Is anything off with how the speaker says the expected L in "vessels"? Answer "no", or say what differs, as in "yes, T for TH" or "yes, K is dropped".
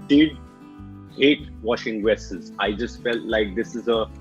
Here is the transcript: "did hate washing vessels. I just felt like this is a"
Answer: yes, L is dropped